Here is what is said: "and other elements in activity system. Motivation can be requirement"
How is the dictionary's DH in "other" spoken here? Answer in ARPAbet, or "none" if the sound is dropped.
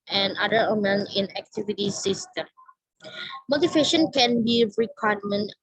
none